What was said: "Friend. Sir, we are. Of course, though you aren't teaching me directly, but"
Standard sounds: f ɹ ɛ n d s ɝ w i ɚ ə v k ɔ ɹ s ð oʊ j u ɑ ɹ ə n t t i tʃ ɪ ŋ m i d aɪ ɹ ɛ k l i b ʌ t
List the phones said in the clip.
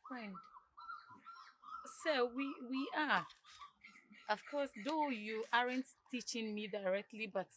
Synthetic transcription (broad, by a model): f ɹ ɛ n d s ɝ w i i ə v k ɔ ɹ s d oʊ j u ɑ ɹ ə n t t i tʃ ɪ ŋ m i d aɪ ɹ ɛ k l i b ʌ t